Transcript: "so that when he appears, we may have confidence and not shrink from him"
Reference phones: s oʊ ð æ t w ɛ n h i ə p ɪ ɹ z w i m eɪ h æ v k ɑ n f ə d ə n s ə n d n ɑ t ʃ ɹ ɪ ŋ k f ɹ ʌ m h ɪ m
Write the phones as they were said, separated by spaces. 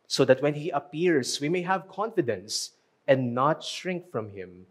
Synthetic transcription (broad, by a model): s oʊ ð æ t w ɛ n h i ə p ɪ ɹ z w i m eɪ h æ v k ɑ n f ə d ə n s ə n d n ɑ t ʃ ɹ ɪ ŋ k f ɹ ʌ m h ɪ m